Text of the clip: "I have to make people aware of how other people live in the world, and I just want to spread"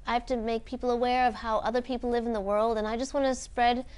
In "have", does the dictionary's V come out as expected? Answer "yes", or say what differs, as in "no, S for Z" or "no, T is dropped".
no, F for V